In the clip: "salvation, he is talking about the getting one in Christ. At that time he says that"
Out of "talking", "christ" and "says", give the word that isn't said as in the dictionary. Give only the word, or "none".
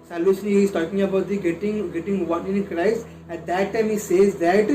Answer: christ